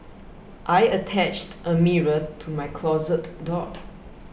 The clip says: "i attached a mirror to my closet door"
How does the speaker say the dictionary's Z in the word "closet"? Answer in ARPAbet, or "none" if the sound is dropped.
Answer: Z